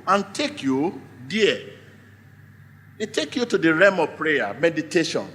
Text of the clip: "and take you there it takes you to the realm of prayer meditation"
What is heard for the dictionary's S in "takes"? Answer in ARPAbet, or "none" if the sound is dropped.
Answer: none